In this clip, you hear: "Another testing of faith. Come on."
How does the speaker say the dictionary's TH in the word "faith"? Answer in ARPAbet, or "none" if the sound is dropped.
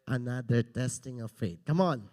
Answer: T